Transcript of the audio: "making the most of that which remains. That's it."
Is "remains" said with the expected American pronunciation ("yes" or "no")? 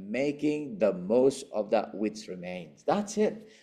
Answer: yes